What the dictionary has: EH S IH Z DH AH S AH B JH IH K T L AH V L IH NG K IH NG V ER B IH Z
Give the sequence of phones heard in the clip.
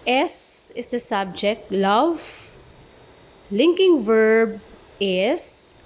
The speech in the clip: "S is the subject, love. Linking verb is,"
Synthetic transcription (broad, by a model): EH S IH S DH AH S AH B JH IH K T L AH V L IH NG K IH NG V ER B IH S